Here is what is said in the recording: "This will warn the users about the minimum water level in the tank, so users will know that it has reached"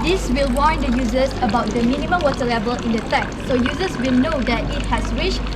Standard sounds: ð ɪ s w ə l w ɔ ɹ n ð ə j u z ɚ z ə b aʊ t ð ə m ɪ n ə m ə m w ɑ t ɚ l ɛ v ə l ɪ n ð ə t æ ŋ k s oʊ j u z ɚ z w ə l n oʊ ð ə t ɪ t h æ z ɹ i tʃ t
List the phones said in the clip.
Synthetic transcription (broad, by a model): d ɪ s w ə l w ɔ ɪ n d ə j u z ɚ s ə b aʊ t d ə m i n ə m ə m w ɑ t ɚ l ɛ v ə l ɪ n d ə t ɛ k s oʊ j u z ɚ s w ə l n oʊ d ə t ɪ t h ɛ s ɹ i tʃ